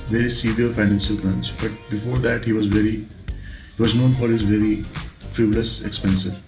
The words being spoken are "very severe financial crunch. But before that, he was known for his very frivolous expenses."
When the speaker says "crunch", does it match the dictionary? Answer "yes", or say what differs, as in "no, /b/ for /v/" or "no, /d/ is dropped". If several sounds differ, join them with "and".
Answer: no, /s/ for /tʃ/